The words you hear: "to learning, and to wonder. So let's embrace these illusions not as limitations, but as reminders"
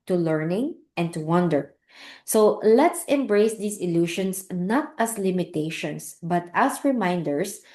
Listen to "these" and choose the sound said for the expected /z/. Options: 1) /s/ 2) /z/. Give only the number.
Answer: 1